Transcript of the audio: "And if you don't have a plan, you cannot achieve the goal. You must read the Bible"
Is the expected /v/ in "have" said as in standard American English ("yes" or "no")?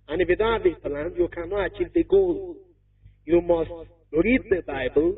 no